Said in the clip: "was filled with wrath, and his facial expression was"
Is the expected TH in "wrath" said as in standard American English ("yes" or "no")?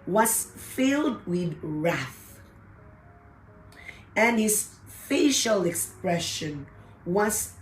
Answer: yes